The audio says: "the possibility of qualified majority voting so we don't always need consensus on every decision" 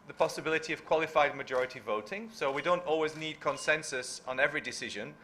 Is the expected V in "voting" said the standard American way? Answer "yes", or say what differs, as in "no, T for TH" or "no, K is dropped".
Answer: yes